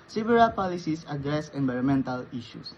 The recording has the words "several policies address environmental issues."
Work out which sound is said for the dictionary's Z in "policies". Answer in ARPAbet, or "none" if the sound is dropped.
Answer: S